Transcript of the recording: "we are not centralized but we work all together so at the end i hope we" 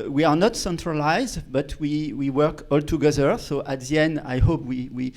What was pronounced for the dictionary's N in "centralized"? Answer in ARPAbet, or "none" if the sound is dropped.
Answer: N